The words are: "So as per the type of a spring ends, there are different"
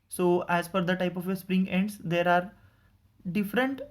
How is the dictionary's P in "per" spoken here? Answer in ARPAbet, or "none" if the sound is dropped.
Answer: F